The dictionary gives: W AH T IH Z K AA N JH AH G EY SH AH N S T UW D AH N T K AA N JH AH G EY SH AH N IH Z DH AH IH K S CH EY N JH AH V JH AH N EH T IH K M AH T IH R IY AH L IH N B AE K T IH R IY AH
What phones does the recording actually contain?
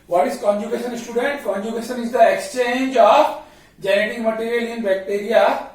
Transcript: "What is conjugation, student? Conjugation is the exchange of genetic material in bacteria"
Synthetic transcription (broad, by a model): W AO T IH Z K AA N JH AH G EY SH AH N S T UW D AH N T K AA N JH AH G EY SH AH N IH Z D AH IH K S CH EY N JH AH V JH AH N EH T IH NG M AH T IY R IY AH L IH N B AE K T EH R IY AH